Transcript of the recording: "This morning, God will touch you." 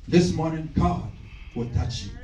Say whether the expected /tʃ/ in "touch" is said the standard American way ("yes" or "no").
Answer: yes